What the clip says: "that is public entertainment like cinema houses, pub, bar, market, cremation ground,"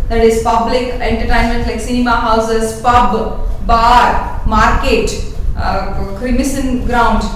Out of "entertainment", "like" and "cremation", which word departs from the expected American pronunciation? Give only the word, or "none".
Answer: cremation